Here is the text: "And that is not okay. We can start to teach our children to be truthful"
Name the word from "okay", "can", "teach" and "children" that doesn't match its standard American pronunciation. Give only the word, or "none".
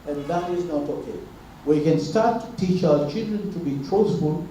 none